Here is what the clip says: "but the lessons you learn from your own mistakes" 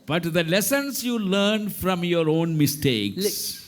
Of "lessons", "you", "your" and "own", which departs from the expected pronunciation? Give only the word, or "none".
lessons